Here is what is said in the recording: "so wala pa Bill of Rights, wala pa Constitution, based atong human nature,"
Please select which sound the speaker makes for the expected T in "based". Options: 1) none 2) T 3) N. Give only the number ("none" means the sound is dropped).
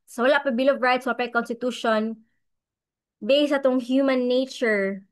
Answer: 1